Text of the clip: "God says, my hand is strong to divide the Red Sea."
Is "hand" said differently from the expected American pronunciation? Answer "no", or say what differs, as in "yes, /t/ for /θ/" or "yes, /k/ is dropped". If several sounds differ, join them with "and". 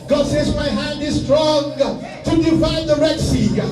no